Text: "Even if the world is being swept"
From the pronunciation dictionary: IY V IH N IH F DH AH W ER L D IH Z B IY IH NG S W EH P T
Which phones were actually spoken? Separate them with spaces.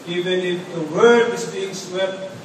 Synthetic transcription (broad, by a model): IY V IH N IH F DH AH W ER D IH Z B IY IH NG S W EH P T